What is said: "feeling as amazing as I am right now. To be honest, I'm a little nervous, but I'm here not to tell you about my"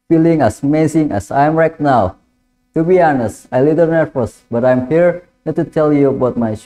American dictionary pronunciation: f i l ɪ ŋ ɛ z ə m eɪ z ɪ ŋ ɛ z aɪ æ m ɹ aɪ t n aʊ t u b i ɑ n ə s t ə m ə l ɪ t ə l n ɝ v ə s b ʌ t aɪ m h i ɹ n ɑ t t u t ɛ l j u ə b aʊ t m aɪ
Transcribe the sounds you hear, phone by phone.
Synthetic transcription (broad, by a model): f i l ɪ ŋ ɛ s m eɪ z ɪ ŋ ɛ s aɪ m ɹ aɪ t n aʊ t u b i ɑ n ə s t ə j l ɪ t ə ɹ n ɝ f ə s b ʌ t aɪ m h i ɹ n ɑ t t u t ɛ l j u ə b aʊ t m aɪ